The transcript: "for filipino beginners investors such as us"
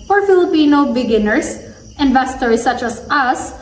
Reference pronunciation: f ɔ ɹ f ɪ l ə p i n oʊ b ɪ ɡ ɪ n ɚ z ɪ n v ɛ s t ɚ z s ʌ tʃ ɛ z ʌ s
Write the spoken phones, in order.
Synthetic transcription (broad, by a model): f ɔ ɹ f ɪ l ə p i n oʊ b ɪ ɡ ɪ n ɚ s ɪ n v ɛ s t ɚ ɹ s ʌ tʃ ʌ s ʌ s